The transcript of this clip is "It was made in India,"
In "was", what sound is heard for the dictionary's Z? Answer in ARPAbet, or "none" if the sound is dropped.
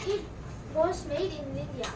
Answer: S